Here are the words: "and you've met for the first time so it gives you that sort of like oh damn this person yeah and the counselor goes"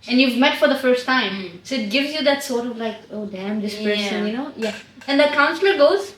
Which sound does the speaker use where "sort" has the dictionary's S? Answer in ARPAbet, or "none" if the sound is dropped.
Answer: S